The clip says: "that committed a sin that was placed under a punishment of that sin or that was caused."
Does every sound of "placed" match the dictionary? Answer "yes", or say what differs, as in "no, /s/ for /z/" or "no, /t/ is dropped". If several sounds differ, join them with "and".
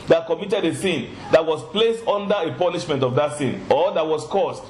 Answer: yes